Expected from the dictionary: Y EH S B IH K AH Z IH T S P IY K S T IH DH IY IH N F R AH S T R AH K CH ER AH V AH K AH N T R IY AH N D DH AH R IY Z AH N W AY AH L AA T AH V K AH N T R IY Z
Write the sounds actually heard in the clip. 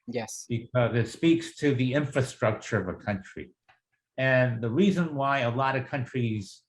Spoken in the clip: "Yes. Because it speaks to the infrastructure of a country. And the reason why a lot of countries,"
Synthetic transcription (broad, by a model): Y EH S B IH K AH Z IH T S P IY K S T IH DH IY IH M F R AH S T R AH K CH ER AH V AH K AH N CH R IY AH N DH AH R IY Z AH N W AY AH L AA T AH V K AH N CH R IY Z